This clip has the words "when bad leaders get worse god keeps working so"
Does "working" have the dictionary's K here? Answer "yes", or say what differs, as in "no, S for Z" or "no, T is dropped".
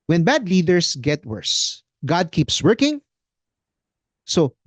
yes